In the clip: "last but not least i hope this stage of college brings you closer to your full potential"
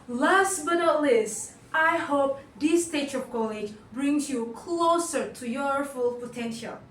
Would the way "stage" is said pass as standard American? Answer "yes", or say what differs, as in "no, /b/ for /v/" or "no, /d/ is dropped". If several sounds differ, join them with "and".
no, /tʃ/ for /dʒ/